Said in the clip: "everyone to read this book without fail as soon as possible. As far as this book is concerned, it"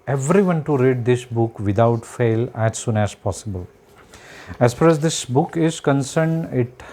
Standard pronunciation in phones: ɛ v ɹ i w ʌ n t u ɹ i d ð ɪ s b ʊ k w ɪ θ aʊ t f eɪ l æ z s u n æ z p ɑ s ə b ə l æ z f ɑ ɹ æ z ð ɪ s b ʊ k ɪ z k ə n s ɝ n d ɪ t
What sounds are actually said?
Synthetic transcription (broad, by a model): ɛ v ɹ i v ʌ n t u ɹ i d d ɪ s b ʊ k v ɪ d aʊ t f eɪ l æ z s u n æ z p ɑ s ə b ə l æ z f ɑ ɹ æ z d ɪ s b ʊ k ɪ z k ə n s ɝ n d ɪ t